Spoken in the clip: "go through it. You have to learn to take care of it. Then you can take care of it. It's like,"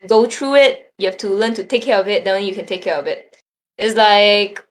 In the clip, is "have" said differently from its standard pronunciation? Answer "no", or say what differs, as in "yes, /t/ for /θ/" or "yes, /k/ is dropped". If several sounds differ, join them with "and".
yes, /f/ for /v/